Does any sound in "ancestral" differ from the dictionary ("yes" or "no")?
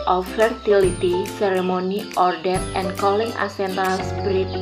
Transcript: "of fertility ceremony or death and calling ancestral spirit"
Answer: yes